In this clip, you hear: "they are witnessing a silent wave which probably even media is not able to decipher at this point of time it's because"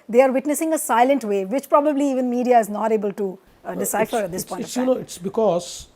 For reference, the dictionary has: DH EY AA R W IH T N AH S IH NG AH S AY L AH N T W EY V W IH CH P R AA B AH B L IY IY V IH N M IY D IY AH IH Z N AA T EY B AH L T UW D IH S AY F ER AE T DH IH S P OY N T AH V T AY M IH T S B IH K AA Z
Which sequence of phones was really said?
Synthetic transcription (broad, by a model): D EY AA R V IH T N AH S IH NG AH S AY L AH N T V EY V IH CH P R AA B AH B L IY IY V IH N M IY D IY AH IH Z N AA T EY B AH L T UW D IH S AY F ER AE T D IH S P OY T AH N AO IH T S B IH K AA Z